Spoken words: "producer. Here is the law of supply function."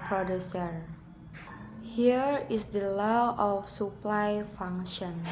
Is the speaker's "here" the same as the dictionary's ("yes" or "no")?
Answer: yes